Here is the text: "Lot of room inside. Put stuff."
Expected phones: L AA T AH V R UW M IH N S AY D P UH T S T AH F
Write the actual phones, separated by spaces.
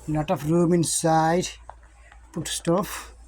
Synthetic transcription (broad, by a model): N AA T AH F R UW M IH N S AY D P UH T S T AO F